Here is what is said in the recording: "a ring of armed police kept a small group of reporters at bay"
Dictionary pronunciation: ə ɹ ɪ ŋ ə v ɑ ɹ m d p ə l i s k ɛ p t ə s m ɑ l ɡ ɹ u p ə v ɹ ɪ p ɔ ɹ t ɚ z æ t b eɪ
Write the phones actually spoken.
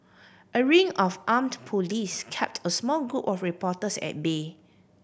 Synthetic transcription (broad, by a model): ə ɹ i ŋ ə f ɑ m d p ə l i s k ɛ p t ə s m ɑ l ɡ ɹ u p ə f ɹ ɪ p ɔ t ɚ s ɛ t b eɪ